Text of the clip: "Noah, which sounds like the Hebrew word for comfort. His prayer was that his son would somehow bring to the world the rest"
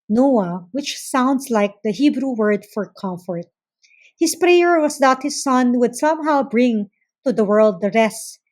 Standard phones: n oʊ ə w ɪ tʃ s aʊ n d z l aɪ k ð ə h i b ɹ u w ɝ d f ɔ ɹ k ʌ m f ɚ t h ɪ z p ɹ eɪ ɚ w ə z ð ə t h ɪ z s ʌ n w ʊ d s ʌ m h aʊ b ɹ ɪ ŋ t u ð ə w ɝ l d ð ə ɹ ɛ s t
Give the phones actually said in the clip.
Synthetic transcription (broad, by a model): n oʊ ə w ɪ tʃ s aʊ n d s l aɪ k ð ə h i b ɹ u w ɝ d f ɔ ɹ k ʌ m f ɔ t h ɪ s p ɹ eɪ ɚ w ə s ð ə t h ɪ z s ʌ n w ʊ d s ʌ m h aʊ b ɹ ɪ ŋ t u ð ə w ɝ l d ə ɹ ɛ s t